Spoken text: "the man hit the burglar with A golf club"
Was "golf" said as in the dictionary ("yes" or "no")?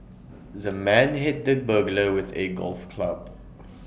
yes